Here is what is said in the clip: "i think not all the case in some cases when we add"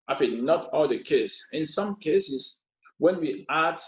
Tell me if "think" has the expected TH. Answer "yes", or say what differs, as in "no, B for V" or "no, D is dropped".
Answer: no, F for TH